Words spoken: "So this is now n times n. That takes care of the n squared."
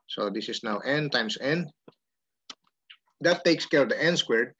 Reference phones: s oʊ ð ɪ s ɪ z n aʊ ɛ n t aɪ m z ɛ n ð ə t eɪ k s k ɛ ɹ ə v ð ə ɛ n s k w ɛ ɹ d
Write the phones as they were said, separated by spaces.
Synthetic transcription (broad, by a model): s oʊ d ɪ s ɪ s n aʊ ɛ n t aɪ m s ɛ n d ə t eɪ k s k ɛ ɹ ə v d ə ɛ n s k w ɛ ɹ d